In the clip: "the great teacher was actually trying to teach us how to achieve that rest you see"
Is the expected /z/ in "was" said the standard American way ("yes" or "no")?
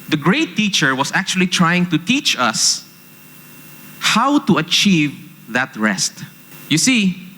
no